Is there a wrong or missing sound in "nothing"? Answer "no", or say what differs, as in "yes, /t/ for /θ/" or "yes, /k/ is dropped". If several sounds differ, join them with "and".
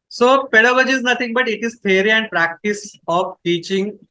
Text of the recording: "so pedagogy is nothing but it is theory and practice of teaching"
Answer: yes, /t/ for /θ/